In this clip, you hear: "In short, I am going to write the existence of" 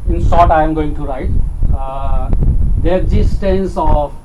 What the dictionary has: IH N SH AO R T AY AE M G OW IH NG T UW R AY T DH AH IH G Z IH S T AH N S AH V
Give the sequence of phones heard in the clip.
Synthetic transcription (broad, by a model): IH N S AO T AY M G OW IH NG T UW R AY T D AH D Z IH S T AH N S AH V